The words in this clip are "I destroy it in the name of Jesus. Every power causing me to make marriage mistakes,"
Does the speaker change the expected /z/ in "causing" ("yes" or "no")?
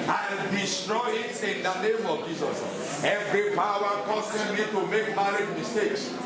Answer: yes